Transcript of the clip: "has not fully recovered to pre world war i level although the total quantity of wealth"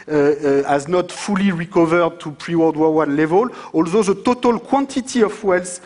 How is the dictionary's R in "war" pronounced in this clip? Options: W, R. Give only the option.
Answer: W